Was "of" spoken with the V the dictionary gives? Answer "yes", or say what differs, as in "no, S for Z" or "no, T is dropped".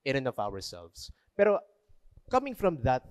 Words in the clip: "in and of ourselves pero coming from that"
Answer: no, W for V